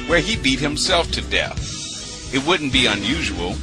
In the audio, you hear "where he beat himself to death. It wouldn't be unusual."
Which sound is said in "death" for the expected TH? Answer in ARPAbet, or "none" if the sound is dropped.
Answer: TH